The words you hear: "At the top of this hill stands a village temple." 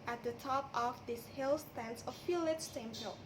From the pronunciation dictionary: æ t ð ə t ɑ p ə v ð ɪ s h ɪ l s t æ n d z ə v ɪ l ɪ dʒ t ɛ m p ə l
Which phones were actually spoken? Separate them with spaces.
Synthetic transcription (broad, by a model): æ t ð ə t ɑ p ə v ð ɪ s h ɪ l s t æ n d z ə f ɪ l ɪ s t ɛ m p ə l